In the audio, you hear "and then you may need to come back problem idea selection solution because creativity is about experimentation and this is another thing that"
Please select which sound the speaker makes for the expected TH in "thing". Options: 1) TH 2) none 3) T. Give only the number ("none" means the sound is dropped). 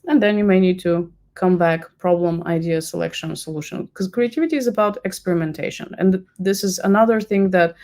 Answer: 1